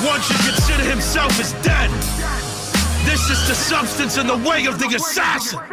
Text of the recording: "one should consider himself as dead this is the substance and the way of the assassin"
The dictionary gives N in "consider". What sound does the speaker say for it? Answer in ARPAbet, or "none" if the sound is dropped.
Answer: N